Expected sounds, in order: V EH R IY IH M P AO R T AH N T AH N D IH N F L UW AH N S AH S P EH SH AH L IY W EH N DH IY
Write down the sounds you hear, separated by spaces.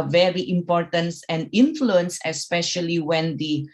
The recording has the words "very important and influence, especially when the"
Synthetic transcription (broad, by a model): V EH R IY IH M P AO R T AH N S AH N D IH N F L UW AH N S AH S P EH SH AH L IY W EH N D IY